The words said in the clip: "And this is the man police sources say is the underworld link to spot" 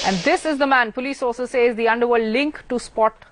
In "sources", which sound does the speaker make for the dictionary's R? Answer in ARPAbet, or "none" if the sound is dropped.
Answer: L